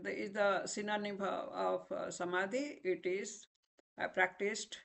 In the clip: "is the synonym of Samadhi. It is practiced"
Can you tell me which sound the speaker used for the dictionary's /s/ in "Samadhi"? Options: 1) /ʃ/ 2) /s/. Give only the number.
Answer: 2